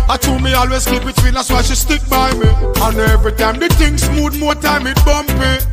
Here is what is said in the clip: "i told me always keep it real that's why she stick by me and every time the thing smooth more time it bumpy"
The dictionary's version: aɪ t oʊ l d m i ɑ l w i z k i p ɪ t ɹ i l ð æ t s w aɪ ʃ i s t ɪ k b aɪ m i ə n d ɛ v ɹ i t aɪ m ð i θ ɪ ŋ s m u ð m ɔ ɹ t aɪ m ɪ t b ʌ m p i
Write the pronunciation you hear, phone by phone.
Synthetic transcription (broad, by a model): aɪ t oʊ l m i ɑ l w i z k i b ɪ t w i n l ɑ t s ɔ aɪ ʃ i s t ɪ k b aɪ m i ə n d ɛ v ɹ i t aɪ m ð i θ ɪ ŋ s m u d m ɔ t aɪ m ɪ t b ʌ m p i